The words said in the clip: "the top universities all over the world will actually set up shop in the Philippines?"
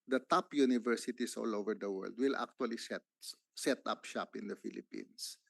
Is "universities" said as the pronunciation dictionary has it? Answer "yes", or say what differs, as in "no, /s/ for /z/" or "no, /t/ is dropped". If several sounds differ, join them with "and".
no, /s/ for /z/